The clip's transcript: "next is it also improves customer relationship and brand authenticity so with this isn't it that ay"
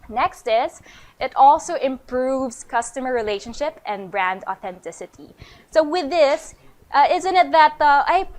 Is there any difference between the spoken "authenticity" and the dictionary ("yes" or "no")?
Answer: no